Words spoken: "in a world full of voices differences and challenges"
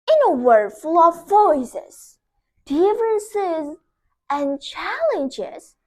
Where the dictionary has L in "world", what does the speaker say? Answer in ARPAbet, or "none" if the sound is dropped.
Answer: none